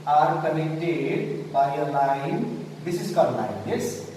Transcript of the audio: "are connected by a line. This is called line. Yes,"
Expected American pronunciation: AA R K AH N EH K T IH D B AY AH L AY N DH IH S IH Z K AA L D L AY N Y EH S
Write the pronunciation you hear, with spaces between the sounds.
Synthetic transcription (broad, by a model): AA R K AH N EH K T IH D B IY AH L AY N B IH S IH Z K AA D L AY N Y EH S